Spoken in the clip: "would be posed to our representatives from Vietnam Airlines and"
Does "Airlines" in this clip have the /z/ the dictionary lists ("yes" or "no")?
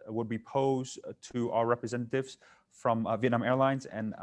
yes